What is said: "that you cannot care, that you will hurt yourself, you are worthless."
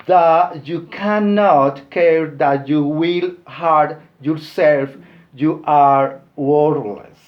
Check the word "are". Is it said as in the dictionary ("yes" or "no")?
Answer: yes